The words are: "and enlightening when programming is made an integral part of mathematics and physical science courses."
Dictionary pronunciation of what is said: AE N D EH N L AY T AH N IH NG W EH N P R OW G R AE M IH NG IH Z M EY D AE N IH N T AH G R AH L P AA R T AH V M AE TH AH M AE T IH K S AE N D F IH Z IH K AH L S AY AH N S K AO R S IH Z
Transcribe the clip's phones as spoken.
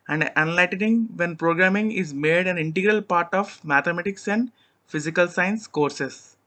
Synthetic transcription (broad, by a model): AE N D EH N L AY T AH N IH NG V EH N P R OW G R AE M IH NG IH Z M EY D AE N IH N T AH G R AH L P AA R T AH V M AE T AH M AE T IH K S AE N D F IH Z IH K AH L S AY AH N S K AO R S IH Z